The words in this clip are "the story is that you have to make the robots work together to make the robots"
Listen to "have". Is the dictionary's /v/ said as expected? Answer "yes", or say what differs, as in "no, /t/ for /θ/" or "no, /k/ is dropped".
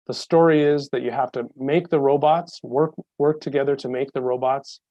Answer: no, /f/ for /v/